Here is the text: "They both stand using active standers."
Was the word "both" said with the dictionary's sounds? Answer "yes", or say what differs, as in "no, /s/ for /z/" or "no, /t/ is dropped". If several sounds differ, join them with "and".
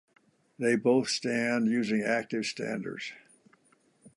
yes